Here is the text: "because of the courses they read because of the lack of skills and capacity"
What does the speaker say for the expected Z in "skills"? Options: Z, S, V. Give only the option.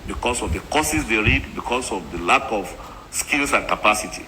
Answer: S